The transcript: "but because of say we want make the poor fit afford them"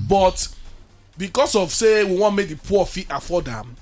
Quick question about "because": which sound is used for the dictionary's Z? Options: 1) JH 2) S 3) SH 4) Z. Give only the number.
2